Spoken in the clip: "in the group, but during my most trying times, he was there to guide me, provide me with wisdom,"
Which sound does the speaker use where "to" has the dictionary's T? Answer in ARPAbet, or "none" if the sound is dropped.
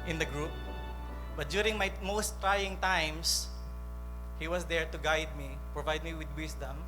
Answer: T